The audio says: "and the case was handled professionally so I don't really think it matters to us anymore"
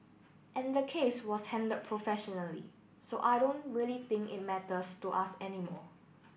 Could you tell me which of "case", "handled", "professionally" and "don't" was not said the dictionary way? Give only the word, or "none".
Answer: handled